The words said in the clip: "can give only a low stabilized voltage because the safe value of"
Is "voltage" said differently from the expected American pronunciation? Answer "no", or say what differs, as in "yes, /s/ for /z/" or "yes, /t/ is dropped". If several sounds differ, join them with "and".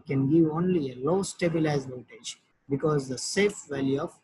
yes, /l/ is dropped